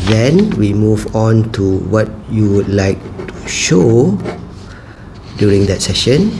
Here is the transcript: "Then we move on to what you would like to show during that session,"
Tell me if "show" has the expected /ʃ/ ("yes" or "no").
yes